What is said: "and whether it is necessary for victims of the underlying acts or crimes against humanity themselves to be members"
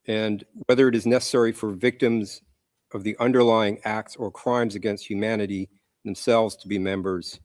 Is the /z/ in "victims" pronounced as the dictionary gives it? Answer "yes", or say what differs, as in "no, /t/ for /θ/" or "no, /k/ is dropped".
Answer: yes